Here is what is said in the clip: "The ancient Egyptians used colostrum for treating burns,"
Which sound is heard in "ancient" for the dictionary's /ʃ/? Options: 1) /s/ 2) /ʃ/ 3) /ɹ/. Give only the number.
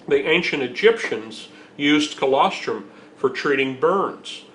2